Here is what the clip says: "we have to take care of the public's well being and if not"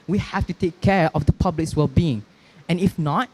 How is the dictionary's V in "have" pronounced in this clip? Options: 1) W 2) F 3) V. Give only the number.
2